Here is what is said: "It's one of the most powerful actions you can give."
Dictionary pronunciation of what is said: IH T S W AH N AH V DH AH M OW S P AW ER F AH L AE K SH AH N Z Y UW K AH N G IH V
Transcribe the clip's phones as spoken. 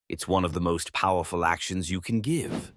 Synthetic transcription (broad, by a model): IH T S W AH N AH V DH AH M OW S P AW ER F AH L AE K SH AH N Z Y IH K N G IH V